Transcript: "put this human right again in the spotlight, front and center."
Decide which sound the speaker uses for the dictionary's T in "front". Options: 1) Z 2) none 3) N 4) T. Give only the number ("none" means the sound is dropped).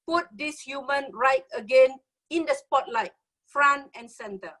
2